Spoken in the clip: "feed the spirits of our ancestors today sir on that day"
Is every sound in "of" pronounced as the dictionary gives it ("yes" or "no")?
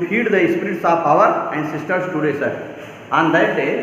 no